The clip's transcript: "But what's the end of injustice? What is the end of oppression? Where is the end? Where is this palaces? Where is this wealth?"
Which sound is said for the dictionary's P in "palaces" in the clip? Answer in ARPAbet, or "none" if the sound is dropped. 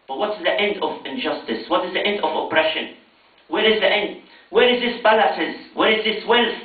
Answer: B